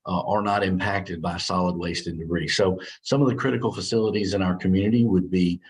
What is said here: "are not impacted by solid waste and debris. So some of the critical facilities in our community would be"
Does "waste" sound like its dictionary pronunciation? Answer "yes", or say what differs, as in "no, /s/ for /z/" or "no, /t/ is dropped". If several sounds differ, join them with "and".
yes